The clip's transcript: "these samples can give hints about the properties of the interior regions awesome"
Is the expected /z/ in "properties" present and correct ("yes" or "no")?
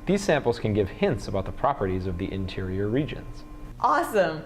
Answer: yes